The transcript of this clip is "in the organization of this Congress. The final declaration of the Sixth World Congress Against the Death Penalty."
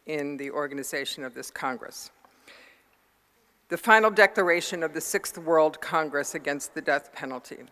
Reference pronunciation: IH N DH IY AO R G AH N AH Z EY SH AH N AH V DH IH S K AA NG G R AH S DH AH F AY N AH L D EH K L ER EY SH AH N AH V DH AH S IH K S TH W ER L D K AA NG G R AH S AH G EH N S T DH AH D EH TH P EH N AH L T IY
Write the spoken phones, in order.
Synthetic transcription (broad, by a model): IH N DH IY AO R G AH N AH Z EY SH AH N AH V DH IH S K AA NG G R AH S DH AH F AY N L D EH K L ER EY SH AH N AH V DH AH S IH K S TH W ER L D K AA NG G R AH S AH G EH N S T DH AH D EH TH P EH N L T IY